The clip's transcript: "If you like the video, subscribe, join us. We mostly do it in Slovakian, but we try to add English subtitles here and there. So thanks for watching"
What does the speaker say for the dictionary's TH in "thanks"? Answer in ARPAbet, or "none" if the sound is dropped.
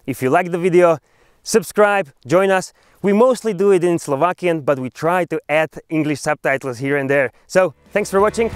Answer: TH